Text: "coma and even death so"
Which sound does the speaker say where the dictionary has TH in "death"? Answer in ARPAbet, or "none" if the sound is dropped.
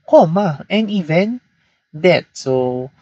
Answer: T